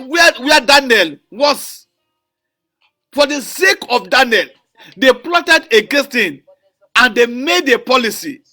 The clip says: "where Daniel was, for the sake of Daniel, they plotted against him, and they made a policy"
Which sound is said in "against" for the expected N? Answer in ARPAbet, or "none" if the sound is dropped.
none